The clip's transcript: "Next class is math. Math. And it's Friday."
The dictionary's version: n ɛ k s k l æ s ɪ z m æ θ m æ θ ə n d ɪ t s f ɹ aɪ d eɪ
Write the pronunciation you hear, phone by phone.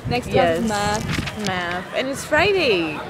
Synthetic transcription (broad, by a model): n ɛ k s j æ ɪ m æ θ m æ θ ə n ɪ t s f ɹ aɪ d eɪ